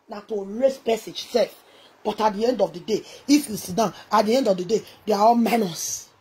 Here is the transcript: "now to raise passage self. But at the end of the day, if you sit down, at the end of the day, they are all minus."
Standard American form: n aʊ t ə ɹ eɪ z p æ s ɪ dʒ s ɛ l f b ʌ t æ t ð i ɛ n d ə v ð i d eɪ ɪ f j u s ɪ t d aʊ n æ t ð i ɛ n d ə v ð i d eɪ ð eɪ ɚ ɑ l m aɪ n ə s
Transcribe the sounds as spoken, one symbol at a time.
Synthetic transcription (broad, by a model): n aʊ t ə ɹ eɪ s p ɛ s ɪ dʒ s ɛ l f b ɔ t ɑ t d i ɛ n d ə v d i d eɪ ɪ f j u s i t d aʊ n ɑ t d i ɛ n d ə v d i d eɪ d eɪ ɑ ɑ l m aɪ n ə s